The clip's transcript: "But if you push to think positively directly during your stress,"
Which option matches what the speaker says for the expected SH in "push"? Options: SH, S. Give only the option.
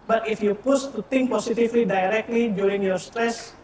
S